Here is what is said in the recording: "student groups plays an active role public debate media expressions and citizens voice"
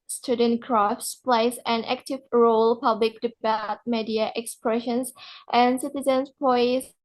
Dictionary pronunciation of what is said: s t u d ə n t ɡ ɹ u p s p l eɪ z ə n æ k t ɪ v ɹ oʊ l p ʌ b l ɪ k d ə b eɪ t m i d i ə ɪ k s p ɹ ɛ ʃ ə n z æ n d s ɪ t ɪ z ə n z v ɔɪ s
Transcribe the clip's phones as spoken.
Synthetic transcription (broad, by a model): s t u d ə n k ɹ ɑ f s p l eɪ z ə n æ k t ɪ v ɹ oʊ l p ʌ b l ɪ k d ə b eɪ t m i d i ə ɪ k s p ɹ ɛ ʃ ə n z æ n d s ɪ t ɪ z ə n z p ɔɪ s